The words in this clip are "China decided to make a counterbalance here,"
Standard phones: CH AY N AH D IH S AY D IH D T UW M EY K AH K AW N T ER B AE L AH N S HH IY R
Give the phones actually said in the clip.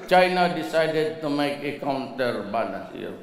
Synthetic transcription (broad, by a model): CH AY N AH D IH S AY D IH D T UW M EY K AH K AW N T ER B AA N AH S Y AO